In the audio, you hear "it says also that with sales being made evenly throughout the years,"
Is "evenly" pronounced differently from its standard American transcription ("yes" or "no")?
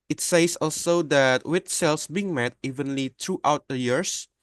no